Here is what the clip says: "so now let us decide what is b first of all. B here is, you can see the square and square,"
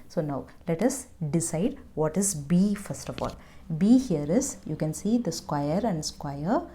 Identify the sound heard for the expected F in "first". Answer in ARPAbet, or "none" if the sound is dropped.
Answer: F